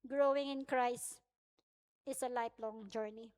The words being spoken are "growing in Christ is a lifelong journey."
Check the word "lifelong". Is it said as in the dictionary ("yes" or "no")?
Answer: no